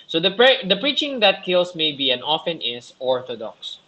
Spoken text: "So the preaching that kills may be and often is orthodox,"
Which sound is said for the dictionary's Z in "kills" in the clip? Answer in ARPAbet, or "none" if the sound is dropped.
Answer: S